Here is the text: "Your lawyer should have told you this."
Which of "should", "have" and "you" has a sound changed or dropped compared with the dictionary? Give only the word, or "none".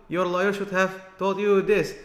none